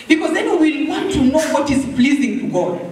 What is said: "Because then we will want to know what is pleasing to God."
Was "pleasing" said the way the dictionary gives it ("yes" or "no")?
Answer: yes